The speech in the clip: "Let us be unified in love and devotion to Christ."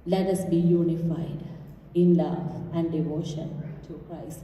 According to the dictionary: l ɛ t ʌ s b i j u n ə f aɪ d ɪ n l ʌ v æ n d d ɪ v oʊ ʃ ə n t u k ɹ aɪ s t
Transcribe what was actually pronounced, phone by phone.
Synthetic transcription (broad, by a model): l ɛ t ʌ s b i j u n ə f aɪ d ɪ n l ʌ v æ n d d ɪ v oʊ ʃ ə n t u k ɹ aɪ s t